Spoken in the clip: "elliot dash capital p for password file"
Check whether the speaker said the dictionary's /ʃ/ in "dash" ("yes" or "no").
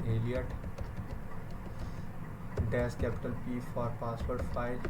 no